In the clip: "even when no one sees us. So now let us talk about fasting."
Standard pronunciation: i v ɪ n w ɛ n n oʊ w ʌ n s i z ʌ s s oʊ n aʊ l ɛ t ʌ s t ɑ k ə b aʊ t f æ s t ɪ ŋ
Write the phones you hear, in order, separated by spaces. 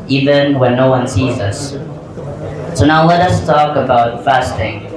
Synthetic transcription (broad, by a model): i v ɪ n w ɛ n n oʊ w ʌ n s i z ʌ s s oʊ n aʊ l ɛ t ʌ s t ɑ k ə b aʊ t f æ s t ɪ ŋ